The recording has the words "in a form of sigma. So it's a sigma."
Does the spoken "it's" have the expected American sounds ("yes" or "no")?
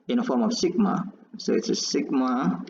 yes